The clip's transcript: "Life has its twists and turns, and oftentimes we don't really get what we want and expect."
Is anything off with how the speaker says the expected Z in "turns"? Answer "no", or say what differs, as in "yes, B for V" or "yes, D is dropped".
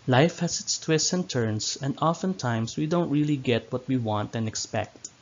yes, S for Z